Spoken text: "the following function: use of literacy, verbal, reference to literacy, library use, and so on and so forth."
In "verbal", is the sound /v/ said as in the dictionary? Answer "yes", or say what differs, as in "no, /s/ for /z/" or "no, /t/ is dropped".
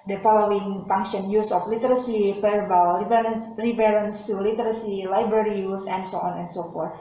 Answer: no, /f/ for /v/